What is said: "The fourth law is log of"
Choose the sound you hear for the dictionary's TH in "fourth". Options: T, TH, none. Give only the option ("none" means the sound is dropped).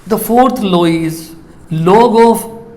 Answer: T